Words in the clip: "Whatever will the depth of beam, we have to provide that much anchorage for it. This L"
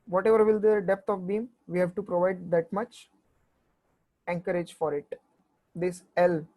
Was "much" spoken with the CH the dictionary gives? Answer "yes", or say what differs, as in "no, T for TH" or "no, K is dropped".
yes